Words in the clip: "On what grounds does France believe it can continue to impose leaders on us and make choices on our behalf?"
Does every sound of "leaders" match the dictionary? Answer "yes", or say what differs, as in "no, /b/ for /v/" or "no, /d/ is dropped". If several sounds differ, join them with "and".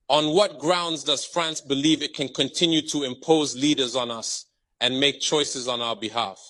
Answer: yes